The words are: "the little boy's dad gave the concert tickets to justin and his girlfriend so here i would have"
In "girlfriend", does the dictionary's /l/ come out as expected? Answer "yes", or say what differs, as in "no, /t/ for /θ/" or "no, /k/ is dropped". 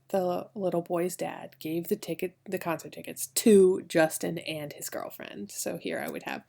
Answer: yes